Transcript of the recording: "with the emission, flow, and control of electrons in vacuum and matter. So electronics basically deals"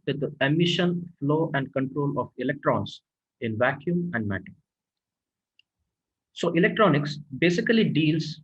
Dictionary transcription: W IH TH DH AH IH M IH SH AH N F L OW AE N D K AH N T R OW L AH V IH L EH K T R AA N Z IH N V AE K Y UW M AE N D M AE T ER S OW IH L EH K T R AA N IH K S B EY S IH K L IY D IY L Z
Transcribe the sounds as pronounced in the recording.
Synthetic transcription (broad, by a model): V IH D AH IH M IH SH AH N F L OW AE N D K AH N T R OW L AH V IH L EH K T R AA N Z IH N V AE K Y UW M AE N D M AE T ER S OW IH L EH K T R AA N IH K S B EY S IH K L IY D IY L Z